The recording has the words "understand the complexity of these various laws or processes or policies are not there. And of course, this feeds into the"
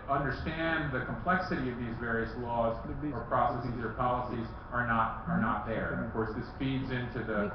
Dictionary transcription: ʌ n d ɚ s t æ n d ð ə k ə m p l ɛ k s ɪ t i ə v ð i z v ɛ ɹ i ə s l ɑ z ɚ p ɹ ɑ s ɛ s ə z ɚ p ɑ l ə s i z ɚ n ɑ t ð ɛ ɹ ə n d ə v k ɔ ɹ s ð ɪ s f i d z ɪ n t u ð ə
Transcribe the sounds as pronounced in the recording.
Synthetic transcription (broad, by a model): ʌ n d ɚ s t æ n ð ə k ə m p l ɛ k s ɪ t i ə v ð i z v ɛ ɹ i ə s l ɑ z ɚ p ɹ ɑ s ɛ s ə z ɚ p ɑ l ə s i z ɚ n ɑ t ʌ ɹ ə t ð ə v k ɔ ɹ s ð ɪ s f i d z ɪ n t u ð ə